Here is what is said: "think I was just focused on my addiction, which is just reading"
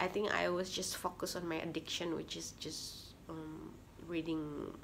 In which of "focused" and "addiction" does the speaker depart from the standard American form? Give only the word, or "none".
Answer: focused